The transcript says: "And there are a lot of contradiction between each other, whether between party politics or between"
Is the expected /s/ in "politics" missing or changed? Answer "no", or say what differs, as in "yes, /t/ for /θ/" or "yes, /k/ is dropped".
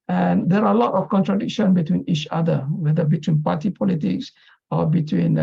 no